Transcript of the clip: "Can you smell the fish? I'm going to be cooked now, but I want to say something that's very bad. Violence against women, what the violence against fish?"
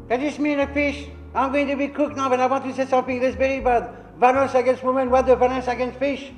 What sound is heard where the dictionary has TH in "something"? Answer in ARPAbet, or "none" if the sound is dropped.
F